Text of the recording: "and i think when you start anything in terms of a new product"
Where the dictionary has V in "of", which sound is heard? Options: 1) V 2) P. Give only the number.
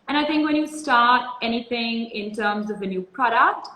1